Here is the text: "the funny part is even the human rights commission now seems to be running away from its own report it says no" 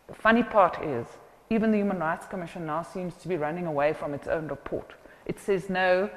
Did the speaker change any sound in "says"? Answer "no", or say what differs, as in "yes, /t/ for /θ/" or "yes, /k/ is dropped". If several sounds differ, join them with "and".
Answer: no